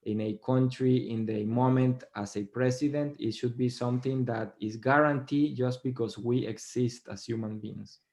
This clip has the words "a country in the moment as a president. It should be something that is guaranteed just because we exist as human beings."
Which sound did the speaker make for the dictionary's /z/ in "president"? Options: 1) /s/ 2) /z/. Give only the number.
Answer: 1